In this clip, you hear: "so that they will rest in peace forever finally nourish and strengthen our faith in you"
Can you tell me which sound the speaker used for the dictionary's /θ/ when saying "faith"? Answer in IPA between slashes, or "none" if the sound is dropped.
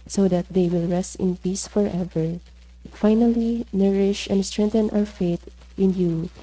/t/